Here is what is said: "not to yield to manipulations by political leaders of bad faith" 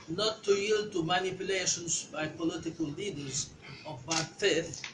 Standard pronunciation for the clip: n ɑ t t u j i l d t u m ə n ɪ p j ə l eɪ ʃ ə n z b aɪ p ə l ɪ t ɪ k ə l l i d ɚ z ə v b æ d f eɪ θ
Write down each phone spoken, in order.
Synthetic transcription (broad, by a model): n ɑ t t u j i l d t u m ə n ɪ p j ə l eɪ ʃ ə n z b aɪ p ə l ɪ t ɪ k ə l l i d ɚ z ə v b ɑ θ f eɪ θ